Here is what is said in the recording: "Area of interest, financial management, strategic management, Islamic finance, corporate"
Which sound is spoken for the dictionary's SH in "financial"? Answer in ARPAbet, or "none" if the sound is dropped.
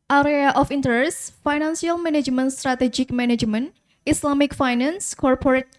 S